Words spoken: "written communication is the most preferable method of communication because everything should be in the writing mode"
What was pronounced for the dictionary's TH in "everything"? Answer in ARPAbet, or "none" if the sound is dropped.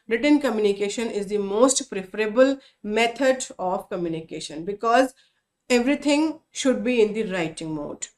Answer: T